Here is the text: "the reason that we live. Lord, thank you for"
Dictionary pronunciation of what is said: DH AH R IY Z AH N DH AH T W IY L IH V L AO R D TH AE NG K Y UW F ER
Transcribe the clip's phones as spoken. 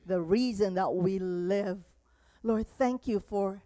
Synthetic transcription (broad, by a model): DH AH R IY Z AH N DH AH T W IY L IH V L AO R D TH AE NG K Y UW F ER